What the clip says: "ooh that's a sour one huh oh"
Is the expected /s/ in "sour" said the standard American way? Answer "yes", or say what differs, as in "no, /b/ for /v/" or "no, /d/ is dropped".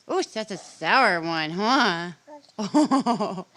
yes